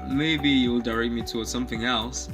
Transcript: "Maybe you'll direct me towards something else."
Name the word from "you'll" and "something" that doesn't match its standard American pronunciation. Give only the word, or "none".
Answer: none